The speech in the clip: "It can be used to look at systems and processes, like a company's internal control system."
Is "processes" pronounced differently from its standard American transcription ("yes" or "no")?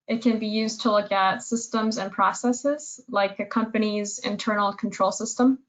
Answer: no